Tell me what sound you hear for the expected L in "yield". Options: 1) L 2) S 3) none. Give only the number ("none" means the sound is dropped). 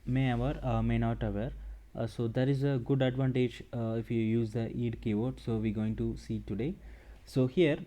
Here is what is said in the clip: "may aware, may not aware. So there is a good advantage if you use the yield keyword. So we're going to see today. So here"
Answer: 3